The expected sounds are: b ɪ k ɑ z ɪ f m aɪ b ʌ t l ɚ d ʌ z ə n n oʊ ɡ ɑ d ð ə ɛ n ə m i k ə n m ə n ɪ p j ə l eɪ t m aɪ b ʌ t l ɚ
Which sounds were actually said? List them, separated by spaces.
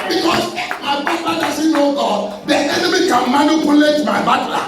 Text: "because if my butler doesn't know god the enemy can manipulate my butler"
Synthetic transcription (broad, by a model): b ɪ k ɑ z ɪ m aɪ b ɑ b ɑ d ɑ s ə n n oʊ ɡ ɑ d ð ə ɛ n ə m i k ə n m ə n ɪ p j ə l eɪ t m aɪ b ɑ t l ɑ